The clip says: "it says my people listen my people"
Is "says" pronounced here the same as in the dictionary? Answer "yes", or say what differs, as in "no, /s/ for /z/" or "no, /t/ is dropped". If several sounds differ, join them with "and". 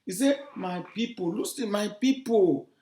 no, /z/ is dropped